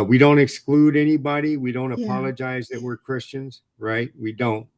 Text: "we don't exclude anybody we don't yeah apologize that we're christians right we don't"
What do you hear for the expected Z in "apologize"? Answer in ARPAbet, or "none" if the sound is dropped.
Z